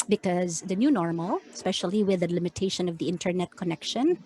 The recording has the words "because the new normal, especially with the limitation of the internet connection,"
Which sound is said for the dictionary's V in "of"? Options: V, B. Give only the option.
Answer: V